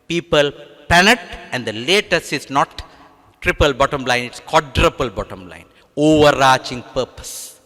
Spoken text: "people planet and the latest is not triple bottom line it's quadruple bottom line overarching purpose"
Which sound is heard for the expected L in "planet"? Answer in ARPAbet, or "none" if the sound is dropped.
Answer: none